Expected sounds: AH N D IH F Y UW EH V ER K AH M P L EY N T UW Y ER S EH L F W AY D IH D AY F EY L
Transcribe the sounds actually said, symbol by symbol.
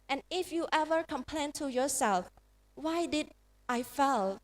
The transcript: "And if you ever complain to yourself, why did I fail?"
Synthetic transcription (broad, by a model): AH N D IH F Y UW EH V ER K AH M P L EY N T UW Y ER S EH L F W AY D IH D AY F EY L